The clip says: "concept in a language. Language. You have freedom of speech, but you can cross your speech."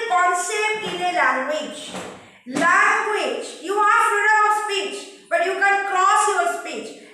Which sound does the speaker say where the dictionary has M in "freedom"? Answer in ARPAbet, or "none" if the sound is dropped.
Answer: none